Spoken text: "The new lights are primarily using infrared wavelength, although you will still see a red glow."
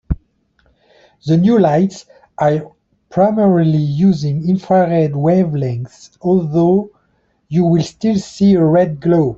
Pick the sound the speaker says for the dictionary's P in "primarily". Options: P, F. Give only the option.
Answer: P